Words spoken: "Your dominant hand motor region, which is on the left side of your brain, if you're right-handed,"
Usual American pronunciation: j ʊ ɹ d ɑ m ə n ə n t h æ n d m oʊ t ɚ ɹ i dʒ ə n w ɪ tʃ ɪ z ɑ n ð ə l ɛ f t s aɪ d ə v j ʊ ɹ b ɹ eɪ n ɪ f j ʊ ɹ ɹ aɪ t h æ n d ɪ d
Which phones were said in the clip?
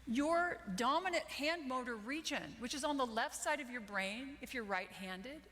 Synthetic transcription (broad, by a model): j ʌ ɹ d ɑ m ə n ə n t h æ n d m oʊ t ɚ ɹ i dʒ ə n w ɪ tʃ ɪ z n ð ə l ɛ f t s aɪ d ə v j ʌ ɹ b ɹ eɪ n ɪ f j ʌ ɹ ɹ aɪ t h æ n d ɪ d